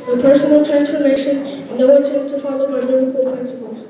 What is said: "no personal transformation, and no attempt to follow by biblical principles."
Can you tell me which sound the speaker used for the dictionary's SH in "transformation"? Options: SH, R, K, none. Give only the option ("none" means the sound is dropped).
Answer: none